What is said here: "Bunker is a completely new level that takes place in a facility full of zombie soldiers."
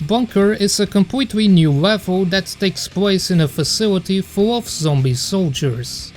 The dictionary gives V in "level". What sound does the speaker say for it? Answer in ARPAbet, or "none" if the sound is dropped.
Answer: V